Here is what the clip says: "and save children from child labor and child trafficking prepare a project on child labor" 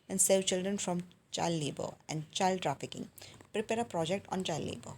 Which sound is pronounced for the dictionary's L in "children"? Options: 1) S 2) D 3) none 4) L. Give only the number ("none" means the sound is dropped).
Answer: 4